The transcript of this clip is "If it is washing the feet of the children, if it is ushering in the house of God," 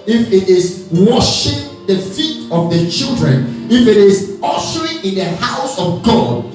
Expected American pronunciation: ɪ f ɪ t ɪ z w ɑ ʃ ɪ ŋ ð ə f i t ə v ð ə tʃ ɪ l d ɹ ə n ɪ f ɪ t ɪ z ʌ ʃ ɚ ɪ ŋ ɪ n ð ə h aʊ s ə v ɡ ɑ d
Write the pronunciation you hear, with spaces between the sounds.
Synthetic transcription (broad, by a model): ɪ f ɪ t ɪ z w ɑ ʃ ɪ ŋ ð ə f i t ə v ð ə tʃ ɪ l d ɹ ə n ɪ f ɪ t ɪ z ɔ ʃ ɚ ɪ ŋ ɪ n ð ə h aʊ s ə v ɡ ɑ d